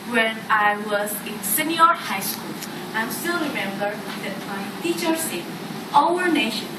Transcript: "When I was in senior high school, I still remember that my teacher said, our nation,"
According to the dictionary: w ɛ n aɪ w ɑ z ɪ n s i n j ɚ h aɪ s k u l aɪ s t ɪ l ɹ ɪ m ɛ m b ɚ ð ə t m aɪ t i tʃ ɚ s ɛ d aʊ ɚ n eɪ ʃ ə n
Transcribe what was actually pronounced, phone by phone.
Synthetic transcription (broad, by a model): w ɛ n aɪ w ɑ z ɪ n s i n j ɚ h aɪ s k u l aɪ s t ɪ l ɹ ɪ m ɛ m b ɚ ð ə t m aɪ t i tʃ ɚ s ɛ aʊ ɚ n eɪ ʃ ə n